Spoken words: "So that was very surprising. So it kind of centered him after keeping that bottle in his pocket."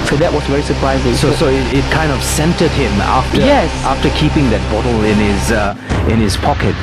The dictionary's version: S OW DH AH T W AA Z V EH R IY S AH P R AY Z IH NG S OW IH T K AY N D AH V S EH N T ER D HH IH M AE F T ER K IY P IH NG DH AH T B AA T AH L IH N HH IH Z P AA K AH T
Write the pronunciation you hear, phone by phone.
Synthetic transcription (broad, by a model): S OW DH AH T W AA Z V EH R IY S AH P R AY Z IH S S OW IH T K AY N D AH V S EH N T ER D HH IH M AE F T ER K IY P IH NG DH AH T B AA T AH N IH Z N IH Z P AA K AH T